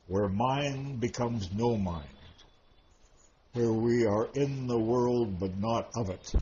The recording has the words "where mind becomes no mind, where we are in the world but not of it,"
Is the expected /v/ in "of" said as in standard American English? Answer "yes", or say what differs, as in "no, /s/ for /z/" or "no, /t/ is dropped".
yes